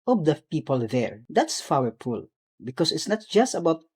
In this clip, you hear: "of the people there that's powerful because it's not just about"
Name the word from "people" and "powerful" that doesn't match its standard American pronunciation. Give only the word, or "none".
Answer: powerful